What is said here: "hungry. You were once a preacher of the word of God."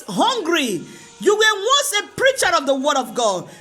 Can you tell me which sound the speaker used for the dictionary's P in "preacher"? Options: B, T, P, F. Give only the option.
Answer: P